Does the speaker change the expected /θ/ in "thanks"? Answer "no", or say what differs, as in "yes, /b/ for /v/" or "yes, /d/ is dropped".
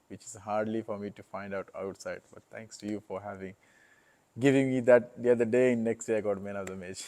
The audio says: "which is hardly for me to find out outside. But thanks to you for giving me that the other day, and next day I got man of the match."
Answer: yes, /t/ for /θ/